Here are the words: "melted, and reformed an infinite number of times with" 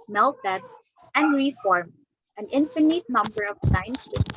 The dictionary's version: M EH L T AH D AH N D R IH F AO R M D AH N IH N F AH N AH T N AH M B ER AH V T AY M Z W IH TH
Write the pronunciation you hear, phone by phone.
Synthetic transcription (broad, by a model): M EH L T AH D AH N D R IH F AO R M AH N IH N F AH N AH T N AH M B ER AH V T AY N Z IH